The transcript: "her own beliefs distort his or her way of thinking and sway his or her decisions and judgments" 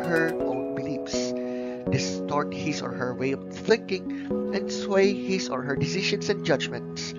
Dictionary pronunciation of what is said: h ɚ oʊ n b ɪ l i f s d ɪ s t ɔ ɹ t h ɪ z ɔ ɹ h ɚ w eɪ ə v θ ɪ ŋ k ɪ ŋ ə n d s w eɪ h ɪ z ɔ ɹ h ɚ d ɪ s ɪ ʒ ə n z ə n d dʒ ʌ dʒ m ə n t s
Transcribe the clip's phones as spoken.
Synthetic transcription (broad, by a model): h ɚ oʊ n b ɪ l i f s d ɪ s t ɔ ɹ t h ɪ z ɔ ɹ h ɚ w eɪ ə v θ ɪ ŋ k ɪ ŋ ə n d s w eɪ h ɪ s ɔ ɹ h ɚ d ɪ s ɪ ʃ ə n s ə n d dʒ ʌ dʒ m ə n t s